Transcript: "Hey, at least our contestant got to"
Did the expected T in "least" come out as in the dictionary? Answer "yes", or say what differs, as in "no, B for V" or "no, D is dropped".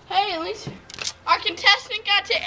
no, T is dropped